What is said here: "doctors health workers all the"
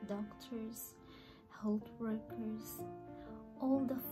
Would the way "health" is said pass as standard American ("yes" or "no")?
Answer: no